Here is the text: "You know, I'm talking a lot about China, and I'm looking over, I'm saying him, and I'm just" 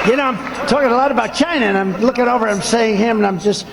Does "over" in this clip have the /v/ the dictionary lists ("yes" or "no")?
yes